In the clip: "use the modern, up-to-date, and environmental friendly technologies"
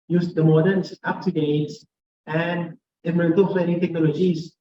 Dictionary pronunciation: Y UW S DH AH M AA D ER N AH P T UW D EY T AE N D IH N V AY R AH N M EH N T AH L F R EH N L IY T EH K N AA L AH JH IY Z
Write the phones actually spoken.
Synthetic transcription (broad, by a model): Y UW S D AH M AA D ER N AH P T UW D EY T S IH N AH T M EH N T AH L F EH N IY T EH K N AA L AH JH IY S